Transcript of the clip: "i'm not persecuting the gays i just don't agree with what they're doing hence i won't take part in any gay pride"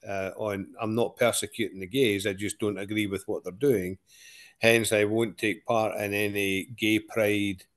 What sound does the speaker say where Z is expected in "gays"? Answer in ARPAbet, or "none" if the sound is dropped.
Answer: Z